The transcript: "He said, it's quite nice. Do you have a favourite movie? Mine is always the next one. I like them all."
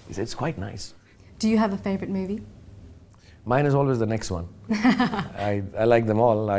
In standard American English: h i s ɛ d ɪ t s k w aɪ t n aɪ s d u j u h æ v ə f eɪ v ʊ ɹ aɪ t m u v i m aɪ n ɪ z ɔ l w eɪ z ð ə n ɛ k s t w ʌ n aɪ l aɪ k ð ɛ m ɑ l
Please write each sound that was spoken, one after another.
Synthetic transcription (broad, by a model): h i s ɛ ɪ t s k w aɪ t n aɪ s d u j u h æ v ə f eɪ v ɹ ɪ t m u v i m aɪ n ɪ z ɔ l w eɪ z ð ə n ɛ k s t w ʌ n aɪ l aɪ k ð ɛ m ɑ l